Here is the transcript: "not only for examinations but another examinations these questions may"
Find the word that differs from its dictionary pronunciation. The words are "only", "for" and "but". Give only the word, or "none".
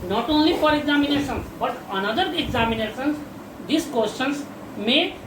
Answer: for